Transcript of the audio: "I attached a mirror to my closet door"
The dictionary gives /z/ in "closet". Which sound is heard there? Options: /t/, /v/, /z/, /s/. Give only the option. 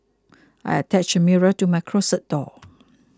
/s/